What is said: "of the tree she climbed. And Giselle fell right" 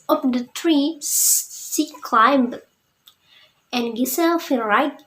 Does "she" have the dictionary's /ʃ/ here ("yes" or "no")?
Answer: no